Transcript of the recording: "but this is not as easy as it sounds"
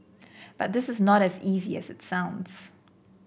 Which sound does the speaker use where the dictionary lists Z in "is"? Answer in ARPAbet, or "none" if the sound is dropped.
Z